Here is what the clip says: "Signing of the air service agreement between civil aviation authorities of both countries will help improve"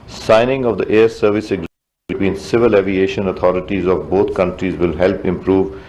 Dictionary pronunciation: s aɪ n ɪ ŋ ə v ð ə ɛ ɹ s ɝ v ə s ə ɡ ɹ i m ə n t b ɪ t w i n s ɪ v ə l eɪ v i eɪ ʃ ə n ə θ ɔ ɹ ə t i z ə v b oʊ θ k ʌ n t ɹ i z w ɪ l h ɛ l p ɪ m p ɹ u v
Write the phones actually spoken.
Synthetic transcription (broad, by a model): s aɪ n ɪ ŋ ə v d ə ɛ ɹ s ɝ v ə s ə ɡ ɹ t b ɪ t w i n s ɪ v ə l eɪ v i eɪ ʃ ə n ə t ɔ ɹ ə t i z ə v b oʊ t k ʌ n t ɹ i z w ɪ l h ɛ l p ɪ m p ɹ u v